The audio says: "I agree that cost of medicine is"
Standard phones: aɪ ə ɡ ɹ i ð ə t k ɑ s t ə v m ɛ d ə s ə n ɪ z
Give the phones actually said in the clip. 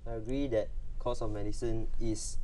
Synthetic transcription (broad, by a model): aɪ ə ɡ ɹ i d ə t k ɑ s ə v m ɛ d ə s ə n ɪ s